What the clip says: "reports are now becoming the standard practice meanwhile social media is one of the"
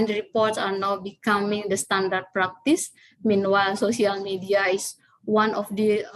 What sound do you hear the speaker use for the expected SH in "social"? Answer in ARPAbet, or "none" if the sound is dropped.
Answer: S